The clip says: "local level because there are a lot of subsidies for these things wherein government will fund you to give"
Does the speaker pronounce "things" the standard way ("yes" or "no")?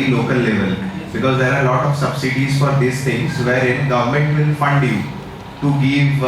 no